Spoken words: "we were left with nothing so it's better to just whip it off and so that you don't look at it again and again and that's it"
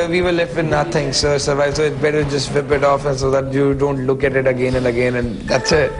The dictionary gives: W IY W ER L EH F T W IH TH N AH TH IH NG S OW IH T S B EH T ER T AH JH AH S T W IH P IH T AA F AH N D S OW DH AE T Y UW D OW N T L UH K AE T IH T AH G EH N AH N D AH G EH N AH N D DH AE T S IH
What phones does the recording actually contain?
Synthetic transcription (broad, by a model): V IY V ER L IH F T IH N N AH T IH NG S OW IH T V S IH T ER T AH JH AH S T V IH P IH T AA F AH N S OW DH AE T Y UW D OW N T L UH K AE T IH T AH G EH N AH N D AH G EH N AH N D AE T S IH